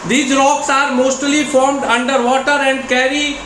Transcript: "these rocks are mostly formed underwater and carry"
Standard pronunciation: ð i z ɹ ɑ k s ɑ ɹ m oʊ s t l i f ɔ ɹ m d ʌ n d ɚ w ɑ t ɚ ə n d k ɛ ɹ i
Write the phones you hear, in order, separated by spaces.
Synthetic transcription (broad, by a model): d i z ɹ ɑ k s ɑ ɹ m oʊ s t l i f ɔ ɹ m d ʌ n d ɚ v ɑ t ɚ ə n d k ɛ ɹ i